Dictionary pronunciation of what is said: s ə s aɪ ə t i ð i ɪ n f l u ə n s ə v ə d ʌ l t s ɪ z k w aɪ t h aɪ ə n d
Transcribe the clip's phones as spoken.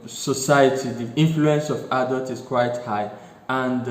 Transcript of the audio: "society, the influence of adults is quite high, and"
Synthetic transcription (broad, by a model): s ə s aɪ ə t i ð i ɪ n f l u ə n s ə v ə d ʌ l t ɪ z k w aɪ t h aɪ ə n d